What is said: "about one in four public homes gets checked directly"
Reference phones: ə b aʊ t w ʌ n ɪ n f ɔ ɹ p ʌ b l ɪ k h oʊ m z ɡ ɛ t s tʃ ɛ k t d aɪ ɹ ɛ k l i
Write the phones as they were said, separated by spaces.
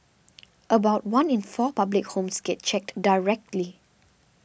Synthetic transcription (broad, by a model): ə b aʊ t w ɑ n ɪ n f ɔ p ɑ b l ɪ k h oʊ m s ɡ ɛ t tʃ ɛ k t d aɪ ɹ ɛ k l i